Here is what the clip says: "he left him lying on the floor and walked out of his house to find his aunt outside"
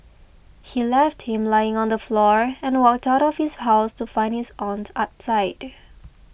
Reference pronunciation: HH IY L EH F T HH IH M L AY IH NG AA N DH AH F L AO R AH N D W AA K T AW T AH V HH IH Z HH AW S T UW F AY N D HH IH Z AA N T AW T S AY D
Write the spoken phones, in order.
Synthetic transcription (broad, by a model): HH IY L EH F T HH IH M L AY IH NG AA N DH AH F L AO R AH N W AA K T AW T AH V HH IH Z HH AW S T UW F AY N D HH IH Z AA N T AW T S AY D